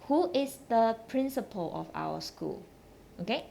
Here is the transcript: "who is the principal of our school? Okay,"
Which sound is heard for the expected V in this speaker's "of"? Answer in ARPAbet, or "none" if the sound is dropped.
F